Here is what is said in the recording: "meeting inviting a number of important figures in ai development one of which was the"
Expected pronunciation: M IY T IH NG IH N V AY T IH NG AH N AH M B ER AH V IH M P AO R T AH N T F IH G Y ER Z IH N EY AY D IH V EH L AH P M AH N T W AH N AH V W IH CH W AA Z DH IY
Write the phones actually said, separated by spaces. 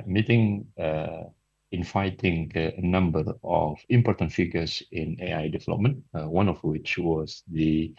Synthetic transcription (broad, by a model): M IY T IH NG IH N F AY T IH NG AH N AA M B ER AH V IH M P AO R T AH N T F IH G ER S IH N EY AY D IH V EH L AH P M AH N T W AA N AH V W IH CH W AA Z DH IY